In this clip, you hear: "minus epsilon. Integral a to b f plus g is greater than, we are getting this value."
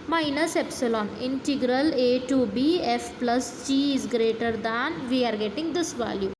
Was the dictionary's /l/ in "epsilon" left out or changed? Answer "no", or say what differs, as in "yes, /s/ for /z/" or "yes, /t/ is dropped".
no